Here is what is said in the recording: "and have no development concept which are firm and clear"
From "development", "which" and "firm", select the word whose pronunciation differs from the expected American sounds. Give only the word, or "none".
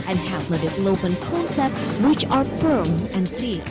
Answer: development